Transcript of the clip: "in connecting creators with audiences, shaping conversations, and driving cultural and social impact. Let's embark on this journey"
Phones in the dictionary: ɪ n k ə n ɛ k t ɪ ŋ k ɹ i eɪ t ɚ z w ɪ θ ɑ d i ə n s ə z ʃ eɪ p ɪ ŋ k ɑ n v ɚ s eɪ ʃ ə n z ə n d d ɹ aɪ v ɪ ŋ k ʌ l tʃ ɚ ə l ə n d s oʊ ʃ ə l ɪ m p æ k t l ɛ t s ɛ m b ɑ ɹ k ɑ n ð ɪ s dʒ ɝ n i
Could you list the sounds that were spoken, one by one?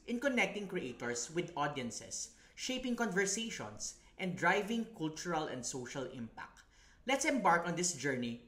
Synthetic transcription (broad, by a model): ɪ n k ə n ɛ k t ɪ ŋ k ɹ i eɪ t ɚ s w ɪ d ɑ d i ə n s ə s ʃ eɪ p ɪ ŋ k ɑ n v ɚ s eɪ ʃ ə n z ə n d d ɹ aɪ v ɪ ŋ k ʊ l tʃ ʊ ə l ə n d s oʊ ʃ ə l ɪ m p æ k t l ɛ t s ɛ m b ɑ ɹ k ɑ n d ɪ s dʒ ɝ n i